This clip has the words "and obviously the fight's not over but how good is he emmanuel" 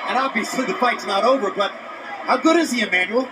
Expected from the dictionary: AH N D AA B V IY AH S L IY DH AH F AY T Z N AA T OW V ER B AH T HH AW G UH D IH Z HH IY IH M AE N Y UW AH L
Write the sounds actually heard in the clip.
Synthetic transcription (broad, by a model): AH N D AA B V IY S IY DH AH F AY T S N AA T OW V ER B AH T HH AW G UH D IH Z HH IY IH M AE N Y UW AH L